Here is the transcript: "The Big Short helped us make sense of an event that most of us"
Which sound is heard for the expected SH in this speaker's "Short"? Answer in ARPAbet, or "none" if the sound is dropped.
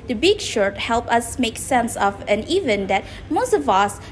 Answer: SH